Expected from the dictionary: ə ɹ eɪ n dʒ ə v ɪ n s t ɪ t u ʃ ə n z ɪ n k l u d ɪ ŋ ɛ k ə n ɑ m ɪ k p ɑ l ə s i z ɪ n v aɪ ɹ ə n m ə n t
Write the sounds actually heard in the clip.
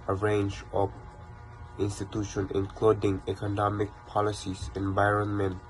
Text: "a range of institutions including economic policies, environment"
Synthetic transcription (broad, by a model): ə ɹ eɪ n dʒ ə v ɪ n s t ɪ t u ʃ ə n ɪ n k l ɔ d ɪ ŋ ɛ k ə n ɑ m ɪ k p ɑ l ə s i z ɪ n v aɪ ɹ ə n m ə n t